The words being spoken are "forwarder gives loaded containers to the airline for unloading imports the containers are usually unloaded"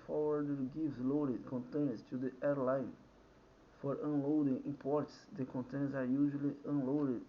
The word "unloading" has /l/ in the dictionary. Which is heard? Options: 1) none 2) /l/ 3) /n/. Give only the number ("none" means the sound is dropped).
2